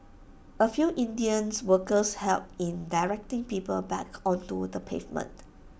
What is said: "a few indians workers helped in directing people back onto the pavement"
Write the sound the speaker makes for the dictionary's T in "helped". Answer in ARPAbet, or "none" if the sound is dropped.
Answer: none